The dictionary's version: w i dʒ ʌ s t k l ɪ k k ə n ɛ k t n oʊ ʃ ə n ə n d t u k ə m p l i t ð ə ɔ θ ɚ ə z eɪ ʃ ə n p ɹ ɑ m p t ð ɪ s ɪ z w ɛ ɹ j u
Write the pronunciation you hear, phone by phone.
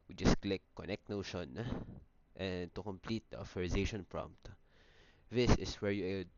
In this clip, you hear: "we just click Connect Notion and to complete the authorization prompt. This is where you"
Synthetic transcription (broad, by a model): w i dʒ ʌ s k l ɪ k k ə n ɛ k t n oʊ ʃ ə n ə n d t u k ə m p l i t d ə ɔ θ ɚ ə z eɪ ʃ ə n p ɹ ɑ m p t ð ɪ s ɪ s w ɛ ɹ j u